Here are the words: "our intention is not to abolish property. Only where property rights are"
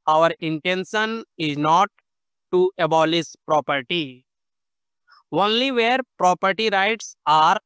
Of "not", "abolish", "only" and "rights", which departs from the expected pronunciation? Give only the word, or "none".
abolish